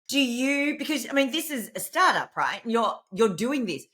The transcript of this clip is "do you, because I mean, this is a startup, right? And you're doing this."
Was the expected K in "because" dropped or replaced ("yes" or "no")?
no